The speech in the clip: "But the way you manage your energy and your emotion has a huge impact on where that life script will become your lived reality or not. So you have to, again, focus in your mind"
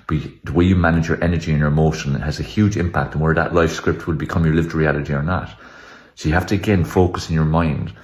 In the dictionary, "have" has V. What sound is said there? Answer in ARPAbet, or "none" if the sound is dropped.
F